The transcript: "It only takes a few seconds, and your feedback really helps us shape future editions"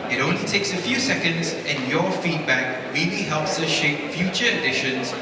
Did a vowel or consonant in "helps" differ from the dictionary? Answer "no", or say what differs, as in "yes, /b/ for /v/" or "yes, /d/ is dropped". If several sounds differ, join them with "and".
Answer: no